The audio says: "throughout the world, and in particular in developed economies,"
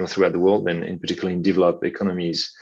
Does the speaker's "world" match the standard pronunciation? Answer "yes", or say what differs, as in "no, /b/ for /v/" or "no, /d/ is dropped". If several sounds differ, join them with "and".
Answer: yes